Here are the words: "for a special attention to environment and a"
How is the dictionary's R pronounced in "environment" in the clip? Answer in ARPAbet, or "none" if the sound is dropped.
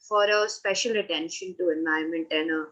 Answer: none